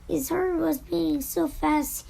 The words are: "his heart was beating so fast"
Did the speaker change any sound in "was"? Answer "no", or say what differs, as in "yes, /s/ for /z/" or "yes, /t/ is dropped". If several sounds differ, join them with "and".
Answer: no